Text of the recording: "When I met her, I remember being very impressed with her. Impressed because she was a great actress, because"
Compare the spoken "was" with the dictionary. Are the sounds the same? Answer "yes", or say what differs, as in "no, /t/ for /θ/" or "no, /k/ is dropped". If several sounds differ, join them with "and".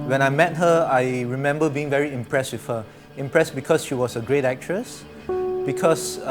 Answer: no, /s/ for /z/